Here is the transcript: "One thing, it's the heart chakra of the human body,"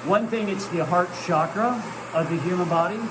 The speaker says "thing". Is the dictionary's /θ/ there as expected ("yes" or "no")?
yes